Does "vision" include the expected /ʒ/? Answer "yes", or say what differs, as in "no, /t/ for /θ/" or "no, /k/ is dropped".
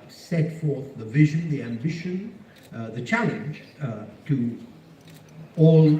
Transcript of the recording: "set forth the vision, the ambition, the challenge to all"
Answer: yes